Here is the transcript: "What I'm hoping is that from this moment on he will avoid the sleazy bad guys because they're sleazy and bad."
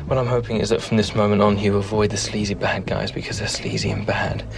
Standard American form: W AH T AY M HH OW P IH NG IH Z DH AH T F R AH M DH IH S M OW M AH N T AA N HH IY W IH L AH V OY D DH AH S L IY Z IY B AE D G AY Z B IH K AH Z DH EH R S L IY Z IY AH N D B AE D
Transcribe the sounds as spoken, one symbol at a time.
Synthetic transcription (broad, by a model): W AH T AY M HH OW P IH NG IH Z DH AH T F R AH M DH IH S M OW M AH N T N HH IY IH AH V OY D DH AH S L IY Z IY B AE D G AY Z B IH K AH Z DH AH R S L IY Z IY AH N B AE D